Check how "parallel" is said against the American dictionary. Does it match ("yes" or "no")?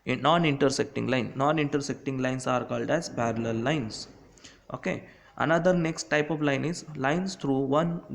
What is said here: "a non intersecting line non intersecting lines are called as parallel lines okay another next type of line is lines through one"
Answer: no